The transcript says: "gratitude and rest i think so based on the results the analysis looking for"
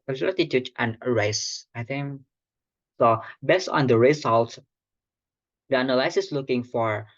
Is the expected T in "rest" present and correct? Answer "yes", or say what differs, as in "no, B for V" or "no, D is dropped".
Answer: no, T is dropped